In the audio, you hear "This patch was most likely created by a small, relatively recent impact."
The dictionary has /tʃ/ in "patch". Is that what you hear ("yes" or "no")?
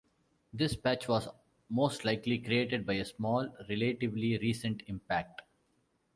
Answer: yes